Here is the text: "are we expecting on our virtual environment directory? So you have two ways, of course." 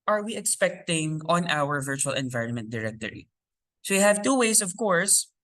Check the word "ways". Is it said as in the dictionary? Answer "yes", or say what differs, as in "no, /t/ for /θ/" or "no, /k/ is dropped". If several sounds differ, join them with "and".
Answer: no, /s/ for /z/